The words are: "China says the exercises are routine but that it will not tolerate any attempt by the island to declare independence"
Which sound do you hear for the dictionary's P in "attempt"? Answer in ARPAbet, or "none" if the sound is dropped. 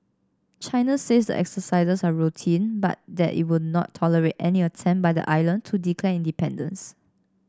none